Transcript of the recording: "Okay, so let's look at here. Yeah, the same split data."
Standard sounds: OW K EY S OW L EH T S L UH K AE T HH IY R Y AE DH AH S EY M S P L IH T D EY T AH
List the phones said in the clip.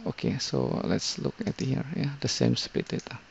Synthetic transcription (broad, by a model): OW K EY S OW L EH T S L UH K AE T HH IY R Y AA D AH S EY M S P IH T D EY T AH